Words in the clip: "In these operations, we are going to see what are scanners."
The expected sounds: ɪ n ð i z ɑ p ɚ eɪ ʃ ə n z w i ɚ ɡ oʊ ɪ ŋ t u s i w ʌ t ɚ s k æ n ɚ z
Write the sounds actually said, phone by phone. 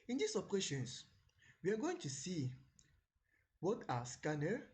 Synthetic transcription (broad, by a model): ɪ n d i s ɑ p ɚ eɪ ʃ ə n s w i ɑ ɡ oʊ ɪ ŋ t u s i w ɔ t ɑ s k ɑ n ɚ